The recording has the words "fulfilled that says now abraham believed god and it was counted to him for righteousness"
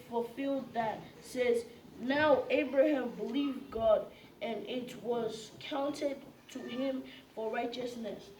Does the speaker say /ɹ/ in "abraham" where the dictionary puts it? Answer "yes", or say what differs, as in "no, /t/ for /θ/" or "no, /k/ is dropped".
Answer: yes